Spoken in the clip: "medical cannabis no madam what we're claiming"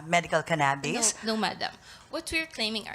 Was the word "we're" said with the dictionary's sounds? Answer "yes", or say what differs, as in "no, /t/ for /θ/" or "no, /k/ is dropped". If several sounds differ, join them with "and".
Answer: yes